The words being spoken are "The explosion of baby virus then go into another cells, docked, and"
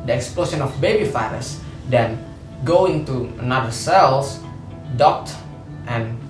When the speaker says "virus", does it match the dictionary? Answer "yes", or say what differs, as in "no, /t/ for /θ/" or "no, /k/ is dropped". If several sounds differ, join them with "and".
no, /f/ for /v/